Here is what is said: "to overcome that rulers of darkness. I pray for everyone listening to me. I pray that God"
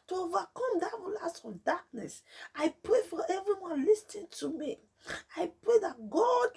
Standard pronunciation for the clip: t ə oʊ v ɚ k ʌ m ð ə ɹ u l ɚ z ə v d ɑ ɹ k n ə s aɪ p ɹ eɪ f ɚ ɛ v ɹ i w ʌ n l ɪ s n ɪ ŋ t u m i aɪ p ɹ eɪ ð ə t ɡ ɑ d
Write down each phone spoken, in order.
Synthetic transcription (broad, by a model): t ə oʊ v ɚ k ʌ m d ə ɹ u l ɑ s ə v d ɑ k n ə s aɪ p ɹ eɪ f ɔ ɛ v ɹ i w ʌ n l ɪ s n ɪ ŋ t u m i aɪ p ɹ eɪ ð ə t ɡ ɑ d